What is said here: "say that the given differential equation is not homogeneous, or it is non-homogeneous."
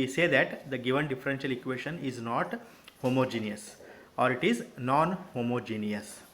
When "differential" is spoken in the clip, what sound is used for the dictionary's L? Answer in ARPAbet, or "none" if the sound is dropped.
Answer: L